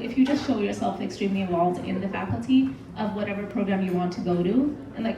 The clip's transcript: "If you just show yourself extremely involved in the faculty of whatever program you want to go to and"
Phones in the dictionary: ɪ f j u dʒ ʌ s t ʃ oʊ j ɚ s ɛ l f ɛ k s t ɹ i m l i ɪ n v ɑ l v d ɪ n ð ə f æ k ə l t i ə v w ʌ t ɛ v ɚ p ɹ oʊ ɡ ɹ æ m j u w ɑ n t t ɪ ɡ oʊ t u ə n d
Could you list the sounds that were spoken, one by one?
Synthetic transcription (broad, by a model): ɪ f j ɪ dʒ ʌ s t ʃ oʊ j ɚ s ɛ l f ɛ k s t ɹ i m l i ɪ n v ɑ l v d ɪ n ð ə f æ k l t i ə v w ʌ t ɛ v ɚ p ɹ oʊ ɡ ɹ æ m j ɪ w ɑ n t t ɪ ɡ oʊ t u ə n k